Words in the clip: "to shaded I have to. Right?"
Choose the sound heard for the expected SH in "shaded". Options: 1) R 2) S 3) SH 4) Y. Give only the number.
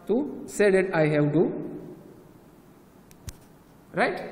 2